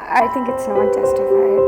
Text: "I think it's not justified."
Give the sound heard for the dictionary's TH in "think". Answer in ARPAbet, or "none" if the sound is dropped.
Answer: TH